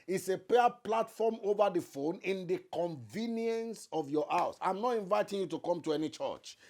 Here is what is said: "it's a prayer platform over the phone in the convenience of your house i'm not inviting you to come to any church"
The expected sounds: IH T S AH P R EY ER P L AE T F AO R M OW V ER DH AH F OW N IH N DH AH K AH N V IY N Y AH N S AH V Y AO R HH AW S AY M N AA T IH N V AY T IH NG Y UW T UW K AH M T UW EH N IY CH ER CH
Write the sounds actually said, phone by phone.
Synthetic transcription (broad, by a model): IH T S AH P EY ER P L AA T F AO M OW V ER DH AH F OW N IH N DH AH K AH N V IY N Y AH N S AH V Y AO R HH AW S AY M N AA T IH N V AY T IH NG Y UW T UW K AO M T UW EH N IY CH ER CH